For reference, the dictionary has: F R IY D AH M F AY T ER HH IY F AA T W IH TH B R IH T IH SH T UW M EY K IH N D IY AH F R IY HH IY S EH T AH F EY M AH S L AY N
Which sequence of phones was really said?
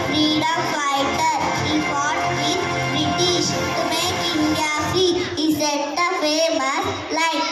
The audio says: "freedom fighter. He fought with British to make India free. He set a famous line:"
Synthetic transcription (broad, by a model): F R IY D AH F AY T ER HH IY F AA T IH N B R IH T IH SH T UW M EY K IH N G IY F IY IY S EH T AH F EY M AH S L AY